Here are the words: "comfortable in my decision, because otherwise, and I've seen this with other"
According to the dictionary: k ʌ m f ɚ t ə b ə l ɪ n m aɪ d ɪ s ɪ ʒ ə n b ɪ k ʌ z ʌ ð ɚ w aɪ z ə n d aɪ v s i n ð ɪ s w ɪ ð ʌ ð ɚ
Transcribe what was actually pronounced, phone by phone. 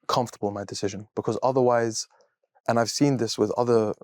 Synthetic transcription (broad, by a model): k ʌ m f t ə b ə l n m aɪ d ɪ s ɪ ʒ ə n b ɪ k ʌ z ʌ ð ɚ w aɪ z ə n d aɪ v s i n ð ɪ s w ɪ ð ʌ ð ɚ